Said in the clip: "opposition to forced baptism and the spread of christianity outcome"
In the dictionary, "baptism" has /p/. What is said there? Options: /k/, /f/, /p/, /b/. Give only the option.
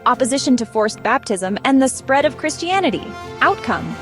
/p/